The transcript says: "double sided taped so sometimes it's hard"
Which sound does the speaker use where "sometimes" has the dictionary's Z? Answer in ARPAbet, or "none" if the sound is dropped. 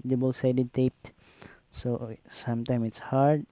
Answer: none